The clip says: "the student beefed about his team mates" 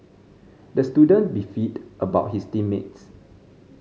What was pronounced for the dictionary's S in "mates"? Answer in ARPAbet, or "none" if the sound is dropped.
S